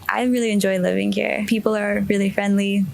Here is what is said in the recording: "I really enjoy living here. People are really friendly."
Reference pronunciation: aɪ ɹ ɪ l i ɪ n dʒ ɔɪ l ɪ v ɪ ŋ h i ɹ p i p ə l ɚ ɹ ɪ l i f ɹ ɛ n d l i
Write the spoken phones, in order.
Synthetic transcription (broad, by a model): aɪ ɹ ɪ l i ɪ n dʒ ɔɪ l ɪ v ɪ ŋ h i ɹ p i p l ɚ ɹ ɪ l i f ɹ ɛ n d l i